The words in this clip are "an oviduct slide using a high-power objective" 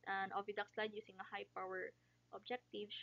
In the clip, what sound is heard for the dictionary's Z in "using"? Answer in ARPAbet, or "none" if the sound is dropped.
S